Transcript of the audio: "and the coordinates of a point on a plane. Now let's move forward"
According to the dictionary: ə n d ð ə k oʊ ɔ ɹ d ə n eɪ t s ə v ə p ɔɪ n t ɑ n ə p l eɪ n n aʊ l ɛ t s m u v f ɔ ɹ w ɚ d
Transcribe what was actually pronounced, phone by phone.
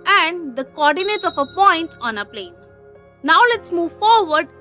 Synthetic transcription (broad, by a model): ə n d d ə k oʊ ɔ ɹ d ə n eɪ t ə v ə p ɔɪ n t ɑ n ə p l eɪ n n aʊ l ɛ t s m u v f ɔ ɹ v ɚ d